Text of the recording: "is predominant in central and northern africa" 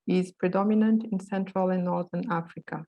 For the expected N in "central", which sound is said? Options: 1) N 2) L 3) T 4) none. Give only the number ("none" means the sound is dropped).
1